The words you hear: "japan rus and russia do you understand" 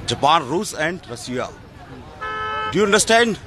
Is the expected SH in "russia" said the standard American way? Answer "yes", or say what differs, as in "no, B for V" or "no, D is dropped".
no, S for SH